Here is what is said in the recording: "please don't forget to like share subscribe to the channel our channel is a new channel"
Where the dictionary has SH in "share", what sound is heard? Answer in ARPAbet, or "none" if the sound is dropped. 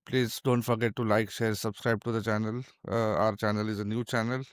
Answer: SH